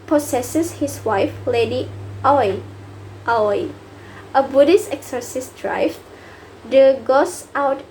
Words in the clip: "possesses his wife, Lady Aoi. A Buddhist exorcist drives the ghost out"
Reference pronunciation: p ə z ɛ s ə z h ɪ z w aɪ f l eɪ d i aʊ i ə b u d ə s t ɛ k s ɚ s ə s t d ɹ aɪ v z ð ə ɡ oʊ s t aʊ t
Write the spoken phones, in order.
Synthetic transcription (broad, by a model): p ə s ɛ s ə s h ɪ s w aɪ f l eɪ d i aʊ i ə b u d ə s t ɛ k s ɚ s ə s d ɹ aɪ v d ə ɡ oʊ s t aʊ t